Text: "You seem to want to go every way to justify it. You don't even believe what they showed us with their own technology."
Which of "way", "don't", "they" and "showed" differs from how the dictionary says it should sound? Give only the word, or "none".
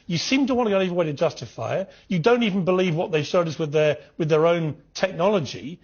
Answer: showed